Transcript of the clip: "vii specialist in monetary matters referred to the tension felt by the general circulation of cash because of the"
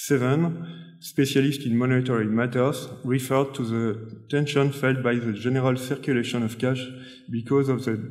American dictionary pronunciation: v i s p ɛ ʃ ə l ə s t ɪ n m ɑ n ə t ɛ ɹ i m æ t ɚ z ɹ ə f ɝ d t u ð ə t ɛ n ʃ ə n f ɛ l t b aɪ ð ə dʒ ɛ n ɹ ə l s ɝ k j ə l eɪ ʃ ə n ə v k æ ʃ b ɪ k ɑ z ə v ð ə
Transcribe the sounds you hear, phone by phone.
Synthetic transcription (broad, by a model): v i s p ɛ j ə l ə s t ɪ n m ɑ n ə t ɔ ɹ i m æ t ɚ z ɹ ə f ɝ d t u ð ə t ɛ n ʃ ə n f ɛ l t b aɪ ð ə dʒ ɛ n ɹ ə l s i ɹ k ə l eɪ ʃ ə n ə v k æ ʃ b ɪ k ɑ z ə v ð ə